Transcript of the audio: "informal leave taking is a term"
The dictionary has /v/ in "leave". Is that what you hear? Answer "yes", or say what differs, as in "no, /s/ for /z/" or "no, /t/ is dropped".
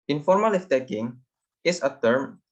no, /f/ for /v/